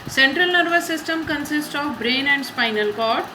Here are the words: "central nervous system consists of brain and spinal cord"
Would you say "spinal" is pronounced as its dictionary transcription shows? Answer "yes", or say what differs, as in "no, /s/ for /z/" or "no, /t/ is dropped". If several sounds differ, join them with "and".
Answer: yes